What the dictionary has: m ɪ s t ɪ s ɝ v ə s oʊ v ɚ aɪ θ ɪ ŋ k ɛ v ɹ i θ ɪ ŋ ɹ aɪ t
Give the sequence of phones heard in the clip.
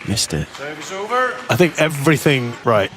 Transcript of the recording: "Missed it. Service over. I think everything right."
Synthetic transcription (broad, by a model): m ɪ s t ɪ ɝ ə oʊ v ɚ aɪ θ ɪ ŋ k ɛ v ɹ i θ ɪ ŋ ɹ aɪ t